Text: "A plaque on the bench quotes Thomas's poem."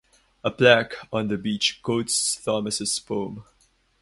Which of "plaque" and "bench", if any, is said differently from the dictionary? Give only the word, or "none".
bench